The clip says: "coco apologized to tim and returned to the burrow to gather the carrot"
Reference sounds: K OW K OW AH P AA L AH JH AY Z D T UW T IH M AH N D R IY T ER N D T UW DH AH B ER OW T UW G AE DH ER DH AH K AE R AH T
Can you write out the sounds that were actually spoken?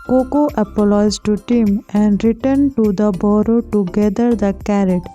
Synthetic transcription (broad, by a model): K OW K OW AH P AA L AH IH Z T UW T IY M AH N D R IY T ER N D T UW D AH B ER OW T UW G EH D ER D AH K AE R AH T